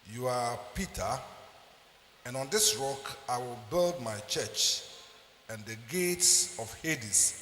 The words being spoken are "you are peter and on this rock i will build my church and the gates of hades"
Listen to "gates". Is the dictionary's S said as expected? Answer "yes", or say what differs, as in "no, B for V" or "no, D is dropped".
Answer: yes